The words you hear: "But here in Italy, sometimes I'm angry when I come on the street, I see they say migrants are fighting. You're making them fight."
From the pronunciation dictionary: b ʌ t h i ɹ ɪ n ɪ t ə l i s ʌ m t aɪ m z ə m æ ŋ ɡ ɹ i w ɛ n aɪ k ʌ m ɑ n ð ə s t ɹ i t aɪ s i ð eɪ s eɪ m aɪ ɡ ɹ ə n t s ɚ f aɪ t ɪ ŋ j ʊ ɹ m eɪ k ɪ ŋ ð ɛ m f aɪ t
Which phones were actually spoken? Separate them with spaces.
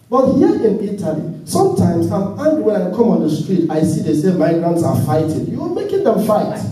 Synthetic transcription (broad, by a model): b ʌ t h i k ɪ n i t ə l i s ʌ m t aɪ m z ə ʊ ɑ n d w ɛ n aɪ k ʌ m ɑ n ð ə s t ɹ i t aɪ s i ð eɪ s eɪ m aɪ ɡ ɹ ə n t s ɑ f aɪ t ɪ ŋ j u w m eɪ k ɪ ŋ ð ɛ m f aɪ t